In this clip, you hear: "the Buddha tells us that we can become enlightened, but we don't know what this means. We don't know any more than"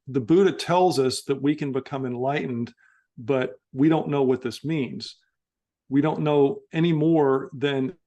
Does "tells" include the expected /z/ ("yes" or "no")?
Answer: yes